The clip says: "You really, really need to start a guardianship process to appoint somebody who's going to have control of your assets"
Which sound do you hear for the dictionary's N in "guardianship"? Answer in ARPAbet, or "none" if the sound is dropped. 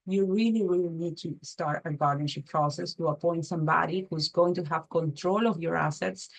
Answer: none